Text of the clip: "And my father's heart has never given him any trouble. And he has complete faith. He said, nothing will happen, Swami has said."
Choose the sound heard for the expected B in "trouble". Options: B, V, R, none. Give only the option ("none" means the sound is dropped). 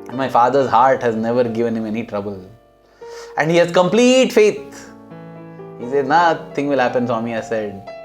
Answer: B